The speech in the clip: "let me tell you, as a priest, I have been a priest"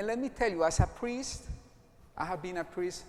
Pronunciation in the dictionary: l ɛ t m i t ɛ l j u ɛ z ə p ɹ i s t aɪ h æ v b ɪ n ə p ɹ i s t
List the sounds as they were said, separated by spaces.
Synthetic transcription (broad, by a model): l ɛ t m i t ɛ l j u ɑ s ə p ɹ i s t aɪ h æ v b ɪ n ə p ɹ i s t